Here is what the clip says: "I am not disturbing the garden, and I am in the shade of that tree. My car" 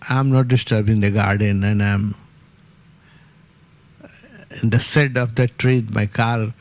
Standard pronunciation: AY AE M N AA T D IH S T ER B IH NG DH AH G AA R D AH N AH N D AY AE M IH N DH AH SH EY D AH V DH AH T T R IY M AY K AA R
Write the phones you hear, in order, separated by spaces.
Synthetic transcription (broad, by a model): AY M N AA T D IH S T ER B IH NG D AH G AA R D AH N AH N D AY M IH N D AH S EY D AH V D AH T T R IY M AY K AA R